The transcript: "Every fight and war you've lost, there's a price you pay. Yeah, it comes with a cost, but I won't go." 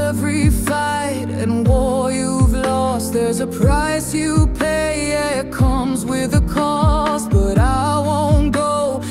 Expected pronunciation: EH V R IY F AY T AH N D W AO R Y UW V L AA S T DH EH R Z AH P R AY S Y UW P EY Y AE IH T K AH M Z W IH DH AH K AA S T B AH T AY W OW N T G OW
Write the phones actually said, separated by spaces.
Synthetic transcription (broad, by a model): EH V R IY F AY T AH N W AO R Y UW V L AA S T DH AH R Z AH P R AY S Y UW P EY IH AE IH T K AH M Z W IH DH AH K AA S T B AH T AY W OW N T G OW